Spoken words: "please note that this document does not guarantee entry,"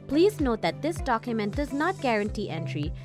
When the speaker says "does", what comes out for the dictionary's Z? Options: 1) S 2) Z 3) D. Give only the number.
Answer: 2